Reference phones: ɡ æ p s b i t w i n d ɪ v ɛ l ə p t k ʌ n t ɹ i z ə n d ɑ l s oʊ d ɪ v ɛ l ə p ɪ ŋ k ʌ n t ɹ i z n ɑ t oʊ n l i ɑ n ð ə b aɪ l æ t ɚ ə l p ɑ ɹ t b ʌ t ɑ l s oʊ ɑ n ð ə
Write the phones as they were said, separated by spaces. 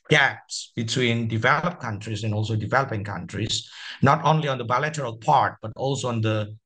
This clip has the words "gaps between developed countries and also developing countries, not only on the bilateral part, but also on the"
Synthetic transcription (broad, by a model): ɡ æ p s b i t w i n d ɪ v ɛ l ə p k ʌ n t ɹ i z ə n ɑ l s oʊ d ɪ v ɛ l ə p ɪ ŋ k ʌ n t ɹ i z n ɑ t oʊ n l i ɑ n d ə b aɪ l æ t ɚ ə l p ɑ ɹ t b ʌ t ɑ l s oʊ ɑ n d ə